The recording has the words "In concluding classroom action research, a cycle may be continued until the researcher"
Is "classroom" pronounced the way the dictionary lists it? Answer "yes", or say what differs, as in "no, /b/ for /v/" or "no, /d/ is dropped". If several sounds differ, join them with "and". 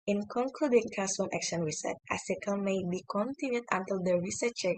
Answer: no, /l/ is dropped and /ɹ/ is dropped